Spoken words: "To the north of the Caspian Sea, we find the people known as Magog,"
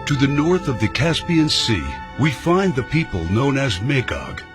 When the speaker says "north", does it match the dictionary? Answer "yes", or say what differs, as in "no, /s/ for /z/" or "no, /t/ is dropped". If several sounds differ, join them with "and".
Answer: yes